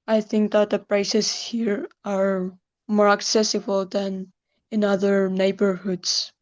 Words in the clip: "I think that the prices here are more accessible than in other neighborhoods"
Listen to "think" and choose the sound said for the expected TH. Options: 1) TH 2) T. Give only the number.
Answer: 1